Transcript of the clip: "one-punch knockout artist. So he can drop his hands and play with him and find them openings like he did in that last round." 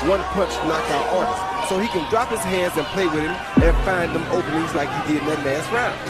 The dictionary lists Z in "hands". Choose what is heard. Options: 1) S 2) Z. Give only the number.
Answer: 2